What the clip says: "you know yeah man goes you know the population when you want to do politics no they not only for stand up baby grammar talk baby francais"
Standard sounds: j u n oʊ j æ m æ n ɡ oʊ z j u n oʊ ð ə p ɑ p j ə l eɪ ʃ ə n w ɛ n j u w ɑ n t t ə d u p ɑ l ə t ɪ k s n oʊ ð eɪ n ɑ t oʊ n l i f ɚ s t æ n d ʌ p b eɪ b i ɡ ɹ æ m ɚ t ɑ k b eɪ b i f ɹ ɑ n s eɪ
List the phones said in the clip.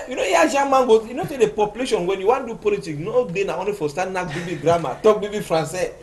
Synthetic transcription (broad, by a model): j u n oʊ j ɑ m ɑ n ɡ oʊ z j u n oʊ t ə p ɑ p j ə l eɪ ʃ ə n w ɛ n j u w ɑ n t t d u p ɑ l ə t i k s n oʊ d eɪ n ɑ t oʊ n l i f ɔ s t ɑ n ɑ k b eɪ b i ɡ ɹ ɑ m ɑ t ɑ k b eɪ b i f ɹ ɑ n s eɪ